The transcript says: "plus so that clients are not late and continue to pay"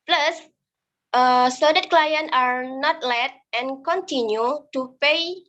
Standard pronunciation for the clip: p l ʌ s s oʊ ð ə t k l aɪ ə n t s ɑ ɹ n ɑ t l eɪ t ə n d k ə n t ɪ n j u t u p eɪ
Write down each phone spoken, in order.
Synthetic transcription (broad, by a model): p l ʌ s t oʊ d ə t k l aɪ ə n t ɑ ɹ n ɑ t l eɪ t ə n k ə n t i n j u t u p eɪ